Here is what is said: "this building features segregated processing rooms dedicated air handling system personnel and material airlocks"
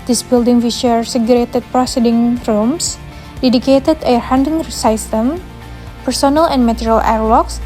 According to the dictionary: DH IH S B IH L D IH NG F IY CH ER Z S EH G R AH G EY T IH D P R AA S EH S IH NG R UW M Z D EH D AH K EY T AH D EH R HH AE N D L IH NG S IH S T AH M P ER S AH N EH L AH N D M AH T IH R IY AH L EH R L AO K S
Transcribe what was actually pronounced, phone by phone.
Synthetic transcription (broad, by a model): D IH S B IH L D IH NG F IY SH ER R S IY G R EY T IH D P R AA S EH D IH NG R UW M S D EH D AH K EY T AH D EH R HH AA N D IH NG S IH S T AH M P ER S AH N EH L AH N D M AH T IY R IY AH L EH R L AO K S